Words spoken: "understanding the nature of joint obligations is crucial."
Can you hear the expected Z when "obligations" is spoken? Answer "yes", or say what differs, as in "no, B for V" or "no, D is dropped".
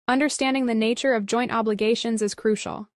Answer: yes